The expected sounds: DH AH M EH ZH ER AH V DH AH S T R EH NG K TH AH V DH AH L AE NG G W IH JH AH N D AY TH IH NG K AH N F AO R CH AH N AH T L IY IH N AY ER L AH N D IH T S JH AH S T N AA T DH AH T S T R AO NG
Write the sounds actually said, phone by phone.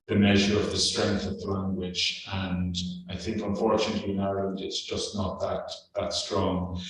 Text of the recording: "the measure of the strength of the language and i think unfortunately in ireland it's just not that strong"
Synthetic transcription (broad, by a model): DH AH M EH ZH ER AH V DH AH S T R EH NG K TH AH V DH AH L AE NG G W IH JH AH N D AY TH IH NG K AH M F AO R CH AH N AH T L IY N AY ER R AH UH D IH T S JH AH S T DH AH T DH AH T S T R AO NG